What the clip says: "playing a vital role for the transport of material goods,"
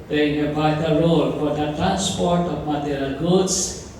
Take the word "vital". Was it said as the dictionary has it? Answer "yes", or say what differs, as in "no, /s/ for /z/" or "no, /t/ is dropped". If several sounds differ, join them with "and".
no, /b/ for /v/